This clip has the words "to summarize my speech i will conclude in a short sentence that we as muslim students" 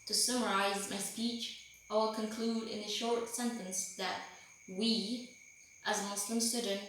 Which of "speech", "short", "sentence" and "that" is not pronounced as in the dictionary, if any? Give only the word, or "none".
none